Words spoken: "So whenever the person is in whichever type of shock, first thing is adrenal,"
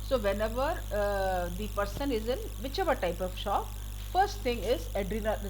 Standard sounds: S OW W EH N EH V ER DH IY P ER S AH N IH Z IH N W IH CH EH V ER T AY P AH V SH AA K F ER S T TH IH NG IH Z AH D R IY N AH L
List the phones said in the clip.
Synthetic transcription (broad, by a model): S OW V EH N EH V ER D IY P ER S AH N IH Z IH N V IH CH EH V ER T AY P AH V SH AA K F ER S T T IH NG IH Z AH D R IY N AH